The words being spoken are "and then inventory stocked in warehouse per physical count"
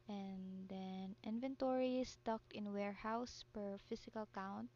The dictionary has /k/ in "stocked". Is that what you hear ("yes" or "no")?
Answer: yes